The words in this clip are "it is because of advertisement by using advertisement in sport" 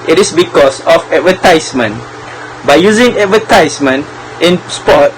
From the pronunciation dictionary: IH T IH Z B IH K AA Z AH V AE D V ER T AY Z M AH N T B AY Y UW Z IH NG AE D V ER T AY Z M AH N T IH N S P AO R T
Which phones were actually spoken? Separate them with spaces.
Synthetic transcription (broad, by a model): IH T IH S B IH K AA S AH F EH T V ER T AY S M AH N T B AY Y UW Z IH NG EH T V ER T AY S M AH N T IH N S P AO T